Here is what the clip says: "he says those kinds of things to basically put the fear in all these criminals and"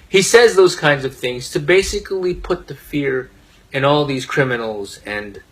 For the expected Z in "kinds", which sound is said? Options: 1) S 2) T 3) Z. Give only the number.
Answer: 3